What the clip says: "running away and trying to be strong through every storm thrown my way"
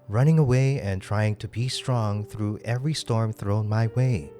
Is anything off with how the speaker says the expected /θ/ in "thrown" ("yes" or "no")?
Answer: no